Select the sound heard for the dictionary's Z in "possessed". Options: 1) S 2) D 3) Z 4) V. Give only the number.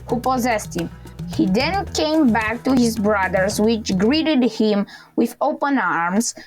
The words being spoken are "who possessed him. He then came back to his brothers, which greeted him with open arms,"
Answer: 3